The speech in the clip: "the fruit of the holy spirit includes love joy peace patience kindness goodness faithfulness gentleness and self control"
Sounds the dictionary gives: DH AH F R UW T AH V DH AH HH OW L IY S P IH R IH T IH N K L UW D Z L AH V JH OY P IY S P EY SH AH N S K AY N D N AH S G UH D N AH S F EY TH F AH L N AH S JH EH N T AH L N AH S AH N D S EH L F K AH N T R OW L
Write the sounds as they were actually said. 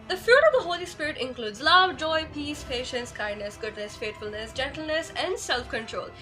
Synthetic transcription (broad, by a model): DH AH F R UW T AH V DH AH HH OW L IY S P IH R IH T IH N K L UW D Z L AH V JH OY P IY S P EY SH AH N S K AY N D N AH S G UH D N AH S F EY T F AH L N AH S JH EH N T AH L N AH S AH N D S EH L F K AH N T R OW L